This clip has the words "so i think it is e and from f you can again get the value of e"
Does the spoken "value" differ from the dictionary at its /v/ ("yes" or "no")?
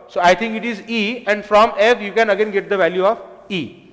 no